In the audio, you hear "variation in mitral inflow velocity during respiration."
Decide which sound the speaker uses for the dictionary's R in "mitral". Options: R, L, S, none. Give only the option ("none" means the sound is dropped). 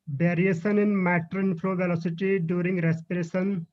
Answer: none